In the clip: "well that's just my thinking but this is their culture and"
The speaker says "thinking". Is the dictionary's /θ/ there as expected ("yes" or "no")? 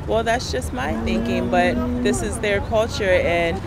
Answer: yes